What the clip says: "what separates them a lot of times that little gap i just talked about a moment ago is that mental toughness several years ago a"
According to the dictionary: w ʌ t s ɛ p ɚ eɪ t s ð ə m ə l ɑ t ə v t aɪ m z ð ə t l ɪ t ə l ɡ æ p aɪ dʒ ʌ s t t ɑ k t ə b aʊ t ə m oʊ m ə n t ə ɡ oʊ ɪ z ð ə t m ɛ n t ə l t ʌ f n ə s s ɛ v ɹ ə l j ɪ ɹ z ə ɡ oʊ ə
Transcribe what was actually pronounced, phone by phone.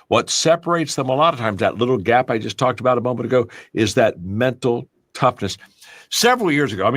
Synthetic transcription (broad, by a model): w ʌ t s ɛ p ɚ eɪ t s ð ə m ə l ɑ t ə v t aɪ m z ð ə t l ɪ t l ɡ æ p aɪ dʒ ʌ s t t ɑ k t ə b aʊ t ə m oʊ m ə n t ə ɡ oʊ ɪ z ð ə t m ɛ n t l t ʌ f n ə s s ɛ v ɹ l j ɪ ɹ z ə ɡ oʊ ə